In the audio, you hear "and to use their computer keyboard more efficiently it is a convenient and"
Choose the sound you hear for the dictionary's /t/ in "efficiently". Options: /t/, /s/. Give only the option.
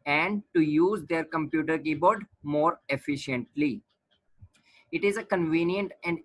/t/